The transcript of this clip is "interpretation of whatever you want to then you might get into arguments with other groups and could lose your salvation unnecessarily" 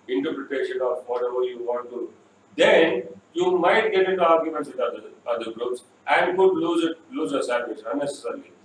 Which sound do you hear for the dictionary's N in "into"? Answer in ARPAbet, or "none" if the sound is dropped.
none